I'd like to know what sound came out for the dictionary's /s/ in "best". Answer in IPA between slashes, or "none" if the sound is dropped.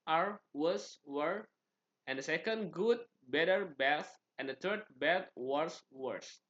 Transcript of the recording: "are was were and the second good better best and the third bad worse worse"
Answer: none